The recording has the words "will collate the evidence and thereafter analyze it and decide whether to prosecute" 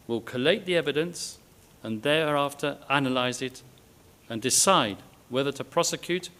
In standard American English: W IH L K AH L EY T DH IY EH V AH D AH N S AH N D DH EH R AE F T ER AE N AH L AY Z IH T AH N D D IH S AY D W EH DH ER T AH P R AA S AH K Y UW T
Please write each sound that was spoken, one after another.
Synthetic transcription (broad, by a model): W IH L K AH L EY T DH IY EH V AH D AH N S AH N DH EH R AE F T ER AE N AH L AY Z IH T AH N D D IH S AY D W EH DH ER T AH P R AA S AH K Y UW T